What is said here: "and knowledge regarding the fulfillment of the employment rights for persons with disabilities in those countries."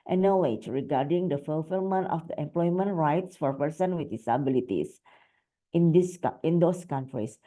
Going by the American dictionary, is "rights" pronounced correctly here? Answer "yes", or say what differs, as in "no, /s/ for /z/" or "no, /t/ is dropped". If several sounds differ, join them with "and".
yes